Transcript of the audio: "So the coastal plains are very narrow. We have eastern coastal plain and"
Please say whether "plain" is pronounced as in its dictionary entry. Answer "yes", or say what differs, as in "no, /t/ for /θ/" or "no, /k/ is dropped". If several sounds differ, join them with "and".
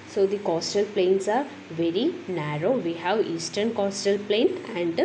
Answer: yes